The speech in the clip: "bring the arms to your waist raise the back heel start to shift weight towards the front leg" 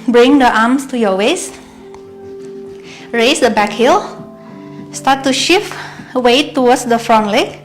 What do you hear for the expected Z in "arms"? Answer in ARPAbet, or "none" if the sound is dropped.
S